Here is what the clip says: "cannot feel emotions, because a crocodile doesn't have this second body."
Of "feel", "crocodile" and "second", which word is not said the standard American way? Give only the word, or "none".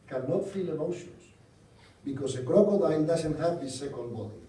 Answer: crocodile